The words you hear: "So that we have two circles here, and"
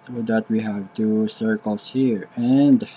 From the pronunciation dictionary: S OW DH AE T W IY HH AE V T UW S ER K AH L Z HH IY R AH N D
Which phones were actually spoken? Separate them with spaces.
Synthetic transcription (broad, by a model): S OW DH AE T W IY HH AE V T UW S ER K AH L S HH IY R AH N D